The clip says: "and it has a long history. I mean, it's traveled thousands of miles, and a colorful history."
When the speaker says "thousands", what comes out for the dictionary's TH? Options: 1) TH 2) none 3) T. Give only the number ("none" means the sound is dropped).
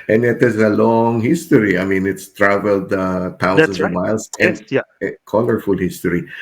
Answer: 3